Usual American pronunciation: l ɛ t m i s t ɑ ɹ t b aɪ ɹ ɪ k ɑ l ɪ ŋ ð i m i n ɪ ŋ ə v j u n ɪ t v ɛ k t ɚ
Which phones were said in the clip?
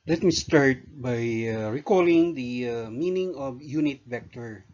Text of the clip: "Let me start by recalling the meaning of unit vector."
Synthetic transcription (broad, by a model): l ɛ t m i s t ɑ ɹ t b aɪ ɹ ɪ k ɑ l ɪ ŋ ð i m i n ɪ ŋ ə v j u n ɪ t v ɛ k t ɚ